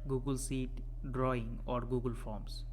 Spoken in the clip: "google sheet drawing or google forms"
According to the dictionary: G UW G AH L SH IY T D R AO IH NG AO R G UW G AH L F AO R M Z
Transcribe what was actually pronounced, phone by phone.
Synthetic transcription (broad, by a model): G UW G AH L S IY T D R AO IH NG AO R G UW G AH L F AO R M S